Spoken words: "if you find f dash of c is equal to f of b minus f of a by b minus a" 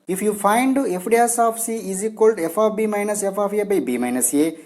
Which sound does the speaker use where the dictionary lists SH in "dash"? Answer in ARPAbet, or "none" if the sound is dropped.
S